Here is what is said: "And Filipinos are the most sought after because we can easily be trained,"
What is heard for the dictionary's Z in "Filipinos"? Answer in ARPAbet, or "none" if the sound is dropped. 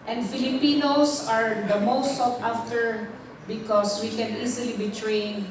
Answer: S